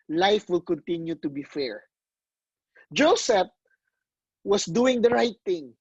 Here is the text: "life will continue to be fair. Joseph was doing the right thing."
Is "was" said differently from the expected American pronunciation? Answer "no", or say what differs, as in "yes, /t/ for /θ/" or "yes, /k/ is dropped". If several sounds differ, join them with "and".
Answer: yes, /s/ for /z/